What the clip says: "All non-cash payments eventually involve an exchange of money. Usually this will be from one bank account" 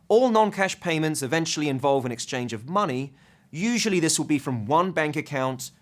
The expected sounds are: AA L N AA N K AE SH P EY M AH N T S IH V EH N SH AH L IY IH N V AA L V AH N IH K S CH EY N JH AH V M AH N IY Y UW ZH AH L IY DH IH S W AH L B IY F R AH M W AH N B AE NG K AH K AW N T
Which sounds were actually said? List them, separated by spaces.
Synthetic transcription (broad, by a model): AA L N AA N K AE SH P EY M AH N T S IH V EH N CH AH L IY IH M V AA L V AH N IH K S CH EY N JH AH V M AH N IY Y UW ZH AH L IY DH IH S W AH L B IY F R AH M W AH N B AE NG K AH K AW N T